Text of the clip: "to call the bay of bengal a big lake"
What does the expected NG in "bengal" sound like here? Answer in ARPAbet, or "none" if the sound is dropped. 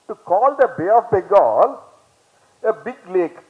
none